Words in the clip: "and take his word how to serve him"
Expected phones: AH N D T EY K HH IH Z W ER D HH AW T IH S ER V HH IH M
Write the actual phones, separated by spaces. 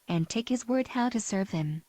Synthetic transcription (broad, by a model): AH N T EY K HH IH Z W ER D HH AW T IH S ER V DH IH M